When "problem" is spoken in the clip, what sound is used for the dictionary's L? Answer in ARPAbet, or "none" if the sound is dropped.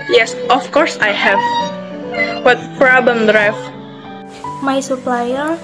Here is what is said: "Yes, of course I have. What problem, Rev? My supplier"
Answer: none